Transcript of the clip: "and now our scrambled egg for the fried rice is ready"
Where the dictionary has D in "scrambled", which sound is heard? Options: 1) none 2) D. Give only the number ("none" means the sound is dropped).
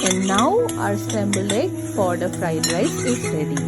1